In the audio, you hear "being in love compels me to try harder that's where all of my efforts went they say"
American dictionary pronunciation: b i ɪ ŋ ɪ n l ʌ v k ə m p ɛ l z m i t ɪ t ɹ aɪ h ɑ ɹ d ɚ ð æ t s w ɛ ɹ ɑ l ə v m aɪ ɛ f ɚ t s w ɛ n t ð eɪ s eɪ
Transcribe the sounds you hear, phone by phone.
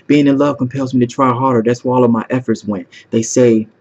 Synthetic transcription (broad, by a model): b i ɪ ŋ ɪ n l ʌ v k ə m p ɛ l z m i t ɪ t ɹ aɪ h ɑ ɹ d ɚ ð æ t s w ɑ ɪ ɑ l ə v m aɪ ɛ f ɚ t s w ɛ n t ð eɪ s eɪ